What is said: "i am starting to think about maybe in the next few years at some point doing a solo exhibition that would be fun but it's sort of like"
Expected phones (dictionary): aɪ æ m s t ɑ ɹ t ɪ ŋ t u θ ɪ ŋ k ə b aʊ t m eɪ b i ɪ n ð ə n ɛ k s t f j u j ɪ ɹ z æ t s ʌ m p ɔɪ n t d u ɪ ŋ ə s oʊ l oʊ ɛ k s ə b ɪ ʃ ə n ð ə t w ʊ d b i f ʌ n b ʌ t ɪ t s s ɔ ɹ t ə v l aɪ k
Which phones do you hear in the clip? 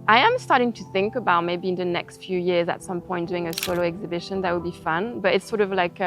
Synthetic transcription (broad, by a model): aɪ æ m s t ɑ ɹ t ɪ ŋ t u θ ɪ ŋ k ə b aʊ t m eɪ b i ɪ n ð ə n ɛ k s t f j u j ɪ ɹ z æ t s ʌ m p ɔɪ n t d u ɪ ŋ ə s oʊ l oʊ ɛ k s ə b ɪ ʃ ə n ð ə t w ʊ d b i f ʌ n b ʌ t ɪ t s s ɔ ɹ t ə v l aɪ k